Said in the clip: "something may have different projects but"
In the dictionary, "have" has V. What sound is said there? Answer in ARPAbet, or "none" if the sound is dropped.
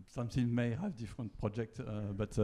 V